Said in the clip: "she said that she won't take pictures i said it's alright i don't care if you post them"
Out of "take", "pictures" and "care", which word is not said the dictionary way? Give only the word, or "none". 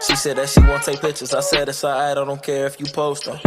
none